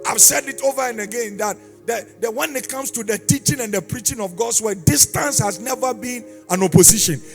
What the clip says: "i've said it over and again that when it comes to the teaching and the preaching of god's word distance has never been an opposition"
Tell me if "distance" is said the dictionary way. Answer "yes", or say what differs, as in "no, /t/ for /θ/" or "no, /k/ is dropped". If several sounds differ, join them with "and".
yes